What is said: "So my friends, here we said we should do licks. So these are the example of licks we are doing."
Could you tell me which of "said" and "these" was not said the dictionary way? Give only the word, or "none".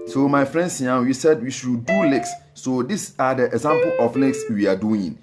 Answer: these